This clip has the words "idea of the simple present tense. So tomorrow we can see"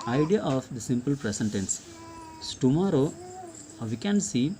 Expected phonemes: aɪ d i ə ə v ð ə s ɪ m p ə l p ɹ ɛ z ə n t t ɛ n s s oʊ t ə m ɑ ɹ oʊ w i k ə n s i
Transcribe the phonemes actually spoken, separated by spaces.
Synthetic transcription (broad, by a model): aɪ d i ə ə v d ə s ɪ m p ə l p ɹ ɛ s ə n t t ɛ n s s t ə m ɑ ɹ oʊ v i k ə n s i